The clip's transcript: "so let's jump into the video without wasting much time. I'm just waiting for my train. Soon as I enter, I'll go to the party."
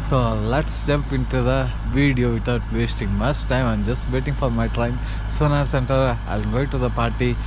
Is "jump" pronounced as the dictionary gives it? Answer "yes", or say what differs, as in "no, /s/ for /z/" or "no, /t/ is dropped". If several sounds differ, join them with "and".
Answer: no, /m/ is dropped